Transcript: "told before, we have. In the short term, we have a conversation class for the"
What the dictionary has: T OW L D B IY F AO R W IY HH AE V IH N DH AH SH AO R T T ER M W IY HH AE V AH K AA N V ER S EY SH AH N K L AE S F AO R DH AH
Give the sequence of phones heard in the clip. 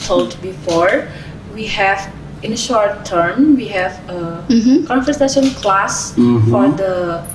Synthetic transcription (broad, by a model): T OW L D B IY F AO R W IY HH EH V IH N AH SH AO R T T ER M W IY HH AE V AH K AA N F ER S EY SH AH N K L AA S F AO R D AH